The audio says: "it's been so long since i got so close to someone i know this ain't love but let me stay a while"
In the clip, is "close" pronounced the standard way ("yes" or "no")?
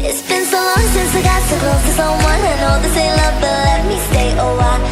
no